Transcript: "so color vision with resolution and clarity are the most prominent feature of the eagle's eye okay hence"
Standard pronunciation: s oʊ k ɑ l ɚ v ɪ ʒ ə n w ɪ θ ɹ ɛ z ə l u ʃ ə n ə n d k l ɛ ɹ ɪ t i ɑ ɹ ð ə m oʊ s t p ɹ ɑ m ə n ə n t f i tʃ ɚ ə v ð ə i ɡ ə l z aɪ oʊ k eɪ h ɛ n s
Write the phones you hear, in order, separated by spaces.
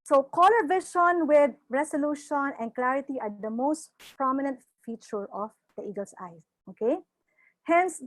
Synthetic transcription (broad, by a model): s oʊ k ɑ l ɚ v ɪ ʃ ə n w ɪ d ɹ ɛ s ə l u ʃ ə n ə n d k l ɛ ɹ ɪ t i ɑ ɹ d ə m oʊ s t p ɹ ɑ m ə n ə n t f i tʃ ɚ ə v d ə i ɡ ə l s aɪ oʊ k eɪ h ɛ n s